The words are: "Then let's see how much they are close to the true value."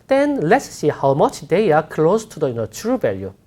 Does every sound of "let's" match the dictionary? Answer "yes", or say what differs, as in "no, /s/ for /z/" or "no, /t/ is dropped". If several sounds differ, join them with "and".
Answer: yes